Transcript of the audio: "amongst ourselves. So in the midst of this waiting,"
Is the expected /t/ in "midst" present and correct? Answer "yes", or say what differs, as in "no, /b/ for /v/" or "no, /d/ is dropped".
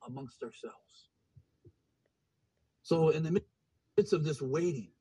no, /t/ is dropped